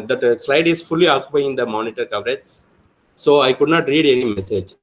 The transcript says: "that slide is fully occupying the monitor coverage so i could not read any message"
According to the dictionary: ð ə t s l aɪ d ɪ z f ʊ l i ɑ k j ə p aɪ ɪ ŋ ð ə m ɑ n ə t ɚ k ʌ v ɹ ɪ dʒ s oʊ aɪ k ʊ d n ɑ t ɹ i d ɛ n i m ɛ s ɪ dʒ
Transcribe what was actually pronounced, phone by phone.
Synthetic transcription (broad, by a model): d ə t s l aɪ d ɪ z f ʊ l i ɑ k j ə p aɪ ɪ ŋ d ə m ɑ n ə t ɚ k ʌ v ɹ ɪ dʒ s oʊ aɪ k ʊ d n ɑ t ɹ i d ɛ n i m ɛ s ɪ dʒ